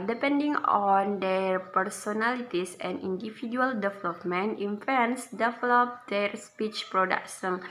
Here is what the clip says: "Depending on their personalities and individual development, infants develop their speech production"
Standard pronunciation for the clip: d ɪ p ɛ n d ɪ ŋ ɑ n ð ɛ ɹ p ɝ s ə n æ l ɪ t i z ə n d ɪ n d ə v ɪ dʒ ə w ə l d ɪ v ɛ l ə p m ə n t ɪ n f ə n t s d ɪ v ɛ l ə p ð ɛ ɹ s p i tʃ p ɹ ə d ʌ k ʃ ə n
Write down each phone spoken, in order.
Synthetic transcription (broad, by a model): d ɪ p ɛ n d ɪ ŋ ɑ n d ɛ ɹ p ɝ s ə n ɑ l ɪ t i s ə n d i n d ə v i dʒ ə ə l d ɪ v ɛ l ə p m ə n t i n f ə n s d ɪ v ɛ l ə p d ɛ ɹ s p i tʃ p ɹ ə d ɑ k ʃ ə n